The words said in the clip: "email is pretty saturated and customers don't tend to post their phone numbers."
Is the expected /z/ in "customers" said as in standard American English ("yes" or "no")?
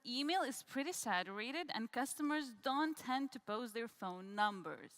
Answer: yes